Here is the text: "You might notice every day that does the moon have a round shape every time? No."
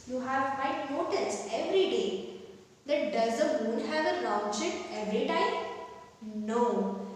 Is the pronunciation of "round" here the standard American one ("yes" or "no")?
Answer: no